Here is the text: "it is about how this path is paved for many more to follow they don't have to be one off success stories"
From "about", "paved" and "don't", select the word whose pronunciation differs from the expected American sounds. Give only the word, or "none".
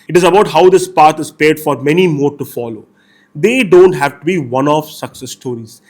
paved